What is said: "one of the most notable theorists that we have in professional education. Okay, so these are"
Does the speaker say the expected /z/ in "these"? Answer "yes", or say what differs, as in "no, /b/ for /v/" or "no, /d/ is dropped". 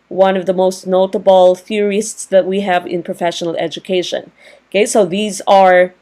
yes